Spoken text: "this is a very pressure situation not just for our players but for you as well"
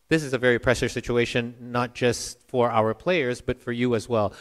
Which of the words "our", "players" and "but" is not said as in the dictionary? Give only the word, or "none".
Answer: none